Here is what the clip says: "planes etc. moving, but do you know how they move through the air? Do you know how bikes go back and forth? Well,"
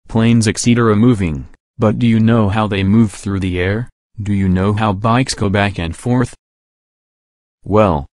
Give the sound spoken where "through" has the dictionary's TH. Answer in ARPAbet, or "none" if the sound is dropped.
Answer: TH